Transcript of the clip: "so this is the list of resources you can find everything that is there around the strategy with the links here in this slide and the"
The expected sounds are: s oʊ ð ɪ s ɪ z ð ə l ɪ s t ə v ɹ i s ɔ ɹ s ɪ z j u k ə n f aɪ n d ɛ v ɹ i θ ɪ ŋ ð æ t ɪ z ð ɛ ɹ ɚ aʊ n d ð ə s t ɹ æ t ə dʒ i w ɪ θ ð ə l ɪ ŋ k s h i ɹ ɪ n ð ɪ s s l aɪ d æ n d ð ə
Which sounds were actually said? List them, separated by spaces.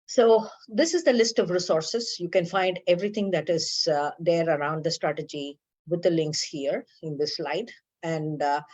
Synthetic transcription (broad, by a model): s oʊ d ɪ s ɪ z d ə l ɪ s t ə v ɹ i s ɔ ɹ s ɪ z j u k ə n f aɪ n d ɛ v ɹ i t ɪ ŋ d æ t ɪ z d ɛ ɹ ɚ aʊ n d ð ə s t ɹ æ t ə dʒ i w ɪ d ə l ɪ ŋ k s h i ɹ ɪ n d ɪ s s l aɪ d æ n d